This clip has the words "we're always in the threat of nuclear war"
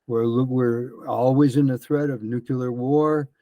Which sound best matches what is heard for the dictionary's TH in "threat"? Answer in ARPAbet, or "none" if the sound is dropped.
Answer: TH